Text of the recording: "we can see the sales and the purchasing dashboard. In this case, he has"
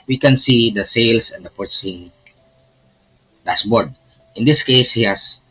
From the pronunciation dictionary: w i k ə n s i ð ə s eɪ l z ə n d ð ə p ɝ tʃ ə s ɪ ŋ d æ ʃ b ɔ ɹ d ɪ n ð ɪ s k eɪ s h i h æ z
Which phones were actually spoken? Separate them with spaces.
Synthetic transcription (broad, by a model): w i k ə n s i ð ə s eɪ l s ə n d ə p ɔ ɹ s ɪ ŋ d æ s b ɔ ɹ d ɪ n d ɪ s k eɪ s h i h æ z